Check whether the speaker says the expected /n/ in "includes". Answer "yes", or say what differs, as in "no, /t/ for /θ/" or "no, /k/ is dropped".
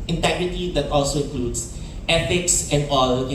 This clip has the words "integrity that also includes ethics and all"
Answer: no, /l/ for /n/